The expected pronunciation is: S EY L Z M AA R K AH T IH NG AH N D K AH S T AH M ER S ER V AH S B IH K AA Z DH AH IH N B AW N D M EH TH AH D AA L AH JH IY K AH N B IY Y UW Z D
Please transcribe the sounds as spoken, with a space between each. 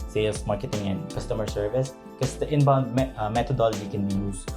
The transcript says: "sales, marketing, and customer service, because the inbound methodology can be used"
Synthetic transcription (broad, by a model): S EY L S M AA R K AH T IH NG AH N D K AH S T AH M ER S ER V AH S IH K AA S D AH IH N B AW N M M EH T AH D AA L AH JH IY K AH N B IY Y UW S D